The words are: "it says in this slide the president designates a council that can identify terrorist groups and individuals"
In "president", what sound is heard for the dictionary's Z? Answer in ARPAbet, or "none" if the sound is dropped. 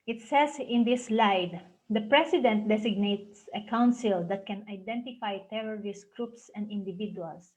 S